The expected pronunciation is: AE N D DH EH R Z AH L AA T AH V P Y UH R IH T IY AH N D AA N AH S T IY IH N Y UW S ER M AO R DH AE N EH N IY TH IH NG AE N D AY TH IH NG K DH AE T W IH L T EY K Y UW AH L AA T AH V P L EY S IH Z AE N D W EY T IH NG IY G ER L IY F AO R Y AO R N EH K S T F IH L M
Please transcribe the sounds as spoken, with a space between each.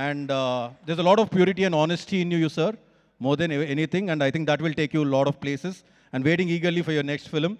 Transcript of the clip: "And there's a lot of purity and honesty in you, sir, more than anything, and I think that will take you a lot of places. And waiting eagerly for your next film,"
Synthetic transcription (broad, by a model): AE N D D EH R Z AH L AA T AH V P Y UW R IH T IY AH N D AA N AH S T IY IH N Y UW S ER M AO R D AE N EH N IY T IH NG AE N D AY T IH NG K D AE T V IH L T EY K Y UW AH L AA T AH V P L EY S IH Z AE N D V EY T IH NG IY G ER L IY F AO R Y AO R N EH K S T F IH L M